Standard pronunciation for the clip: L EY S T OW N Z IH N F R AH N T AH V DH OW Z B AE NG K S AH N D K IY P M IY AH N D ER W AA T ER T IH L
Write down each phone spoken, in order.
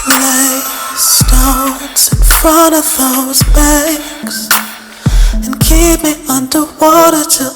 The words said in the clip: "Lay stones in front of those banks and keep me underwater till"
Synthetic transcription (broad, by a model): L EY S T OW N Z IH N F R AH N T AH V DH OW Z B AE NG K S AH N K IY P M IY AH N D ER W AA T ER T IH